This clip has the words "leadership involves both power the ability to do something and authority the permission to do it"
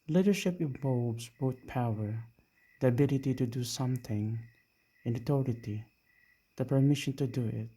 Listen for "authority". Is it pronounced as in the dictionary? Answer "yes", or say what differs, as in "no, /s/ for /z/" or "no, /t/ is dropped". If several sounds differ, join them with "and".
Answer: no, /t/ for /θ/